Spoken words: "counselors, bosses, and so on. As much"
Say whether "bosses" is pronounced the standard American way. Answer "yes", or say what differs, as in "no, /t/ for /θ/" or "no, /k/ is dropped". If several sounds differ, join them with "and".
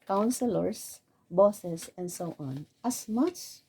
no, /s/ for /z/